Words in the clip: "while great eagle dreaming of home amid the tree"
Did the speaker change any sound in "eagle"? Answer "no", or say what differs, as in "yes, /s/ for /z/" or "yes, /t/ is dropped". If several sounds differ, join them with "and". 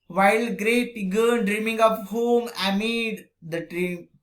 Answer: yes, /n/ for /l/